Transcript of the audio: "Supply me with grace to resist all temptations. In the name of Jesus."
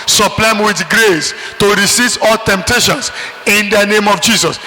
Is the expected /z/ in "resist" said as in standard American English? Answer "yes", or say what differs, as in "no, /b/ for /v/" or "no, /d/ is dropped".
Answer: no, /s/ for /z/